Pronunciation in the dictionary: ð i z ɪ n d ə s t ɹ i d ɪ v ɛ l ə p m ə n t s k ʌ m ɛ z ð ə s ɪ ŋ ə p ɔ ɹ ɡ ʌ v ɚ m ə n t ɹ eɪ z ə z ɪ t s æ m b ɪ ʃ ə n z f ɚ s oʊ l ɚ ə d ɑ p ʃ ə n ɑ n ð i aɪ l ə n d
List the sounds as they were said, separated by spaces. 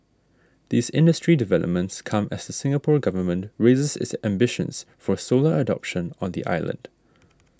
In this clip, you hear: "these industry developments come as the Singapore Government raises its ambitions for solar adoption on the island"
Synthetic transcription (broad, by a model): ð i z ɪ n d ə s t ɹ i d ɪ v ɛ l ə p m ə n t s k ʌ m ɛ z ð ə s ɪ ŋ ə p ɔ ɹ ɡ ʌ v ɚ m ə n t ɹ eɪ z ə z ɪ t s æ m b ɪ ʃ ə n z f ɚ s oʊ l ɚ ə d ɑ p ʃ ə n ɑ n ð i aɪ l ə n d